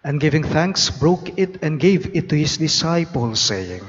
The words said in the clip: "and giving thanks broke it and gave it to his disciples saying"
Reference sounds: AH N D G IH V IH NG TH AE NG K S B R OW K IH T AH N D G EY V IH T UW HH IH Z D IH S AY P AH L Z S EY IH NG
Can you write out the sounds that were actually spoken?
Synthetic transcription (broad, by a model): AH N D G IH V IH NG TH AE NG K S B R OW K IH T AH N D G EY V IH T UW HH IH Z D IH S AY P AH L S EY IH NG